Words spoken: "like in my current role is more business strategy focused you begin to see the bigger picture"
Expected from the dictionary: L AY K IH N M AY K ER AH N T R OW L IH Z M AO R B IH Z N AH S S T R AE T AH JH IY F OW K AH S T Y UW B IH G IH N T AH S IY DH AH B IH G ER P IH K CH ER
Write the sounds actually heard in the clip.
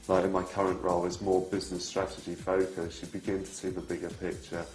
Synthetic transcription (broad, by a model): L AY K IH N M AY K ER AH N T R OW L IH Z M AO B IH Z N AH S S T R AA T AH JH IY F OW K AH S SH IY B IH G IH N T AH S IY DH AH B IH G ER P IH K CH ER